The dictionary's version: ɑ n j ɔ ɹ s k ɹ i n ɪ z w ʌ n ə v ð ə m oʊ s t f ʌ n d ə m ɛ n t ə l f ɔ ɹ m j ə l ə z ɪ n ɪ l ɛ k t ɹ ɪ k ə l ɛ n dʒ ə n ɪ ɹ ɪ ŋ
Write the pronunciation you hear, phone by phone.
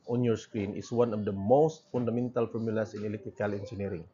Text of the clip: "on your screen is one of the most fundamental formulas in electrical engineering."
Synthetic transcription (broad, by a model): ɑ n j ɔ ɹ s k ɹ i n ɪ s w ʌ n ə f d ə m oʊ s t f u n d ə m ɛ n t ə l f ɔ ɹ m j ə l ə s ɪ n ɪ l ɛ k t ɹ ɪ k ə l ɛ n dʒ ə n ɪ ɹ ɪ ŋ